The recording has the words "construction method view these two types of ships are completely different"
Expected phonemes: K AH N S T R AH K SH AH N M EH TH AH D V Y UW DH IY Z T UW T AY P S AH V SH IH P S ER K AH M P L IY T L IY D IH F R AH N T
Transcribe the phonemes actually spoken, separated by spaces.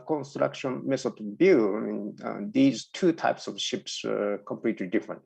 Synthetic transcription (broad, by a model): K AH N S T R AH K SH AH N M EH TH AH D B Y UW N IY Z T UW T AY P S AH V SH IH P S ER K AH M P L IY T L IY D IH F R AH N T